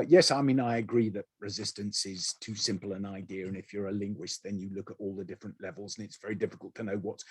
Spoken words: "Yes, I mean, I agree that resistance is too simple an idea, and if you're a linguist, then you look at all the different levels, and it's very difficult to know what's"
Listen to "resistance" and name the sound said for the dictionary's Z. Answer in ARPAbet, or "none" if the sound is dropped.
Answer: Z